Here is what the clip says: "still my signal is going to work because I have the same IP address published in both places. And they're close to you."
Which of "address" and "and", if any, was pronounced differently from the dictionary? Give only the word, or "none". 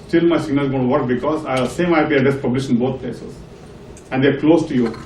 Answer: address